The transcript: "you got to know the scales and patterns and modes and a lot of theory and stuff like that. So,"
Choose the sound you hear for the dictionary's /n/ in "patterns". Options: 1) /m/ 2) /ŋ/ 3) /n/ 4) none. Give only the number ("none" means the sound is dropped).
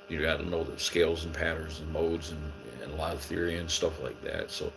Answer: 4